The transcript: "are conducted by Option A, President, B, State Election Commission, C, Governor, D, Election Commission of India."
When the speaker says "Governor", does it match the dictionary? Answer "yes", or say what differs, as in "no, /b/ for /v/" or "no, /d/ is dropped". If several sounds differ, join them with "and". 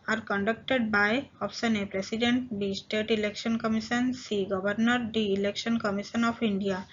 no, /b/ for /v/